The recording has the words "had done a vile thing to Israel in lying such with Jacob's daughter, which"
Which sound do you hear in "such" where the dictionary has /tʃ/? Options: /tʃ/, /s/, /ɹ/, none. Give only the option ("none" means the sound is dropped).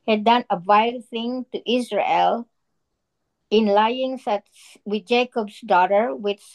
/s/